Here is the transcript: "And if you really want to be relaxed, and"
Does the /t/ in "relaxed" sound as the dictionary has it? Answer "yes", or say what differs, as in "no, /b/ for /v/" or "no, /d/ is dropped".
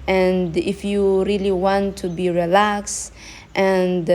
yes